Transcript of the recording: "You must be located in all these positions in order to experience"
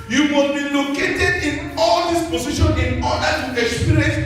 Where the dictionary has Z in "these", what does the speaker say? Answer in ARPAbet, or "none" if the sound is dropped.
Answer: S